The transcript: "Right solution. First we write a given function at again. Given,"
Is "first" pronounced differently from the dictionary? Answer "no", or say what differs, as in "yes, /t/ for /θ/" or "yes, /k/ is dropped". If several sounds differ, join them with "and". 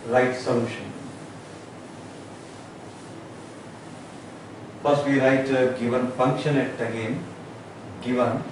yes, /p/ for /f/